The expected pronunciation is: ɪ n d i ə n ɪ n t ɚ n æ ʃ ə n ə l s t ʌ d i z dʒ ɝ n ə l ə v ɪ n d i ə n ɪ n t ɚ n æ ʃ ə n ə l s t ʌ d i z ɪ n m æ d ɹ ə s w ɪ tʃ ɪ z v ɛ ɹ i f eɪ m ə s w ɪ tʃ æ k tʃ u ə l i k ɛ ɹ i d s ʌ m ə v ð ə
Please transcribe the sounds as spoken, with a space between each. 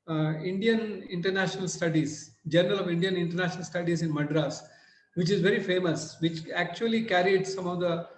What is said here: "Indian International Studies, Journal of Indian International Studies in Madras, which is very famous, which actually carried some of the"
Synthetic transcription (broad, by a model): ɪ n d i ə n ɪ n t ɚ n æ ʃ ə n ə l s t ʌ d i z dʒ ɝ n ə l ə v ɪ n d i ə n ɪ n t ɚ n æ ʃ ə n ə l s t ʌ d i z ɪ n m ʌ d ɹ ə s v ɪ tʃ ɪ z v ɛ ɹ i f eɪ m ə s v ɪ tʃ æ k tʃ u ə l i k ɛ ɹ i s s ʌ m ə v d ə